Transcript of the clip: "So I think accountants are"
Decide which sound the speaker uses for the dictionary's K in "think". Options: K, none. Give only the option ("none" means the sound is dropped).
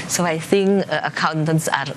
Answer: K